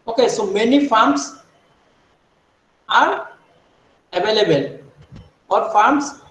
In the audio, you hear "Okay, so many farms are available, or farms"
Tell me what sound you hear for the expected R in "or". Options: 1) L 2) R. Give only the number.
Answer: 1